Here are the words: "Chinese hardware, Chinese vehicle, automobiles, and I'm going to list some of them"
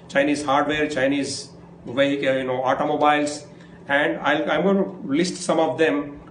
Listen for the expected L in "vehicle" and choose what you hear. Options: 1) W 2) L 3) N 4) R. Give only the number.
3